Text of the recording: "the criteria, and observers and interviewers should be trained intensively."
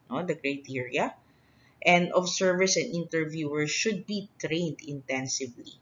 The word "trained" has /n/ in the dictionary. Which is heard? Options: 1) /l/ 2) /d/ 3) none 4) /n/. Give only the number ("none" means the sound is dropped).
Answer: 4